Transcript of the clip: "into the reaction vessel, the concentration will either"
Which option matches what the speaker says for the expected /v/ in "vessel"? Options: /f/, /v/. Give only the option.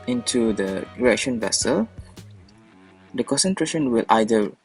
/v/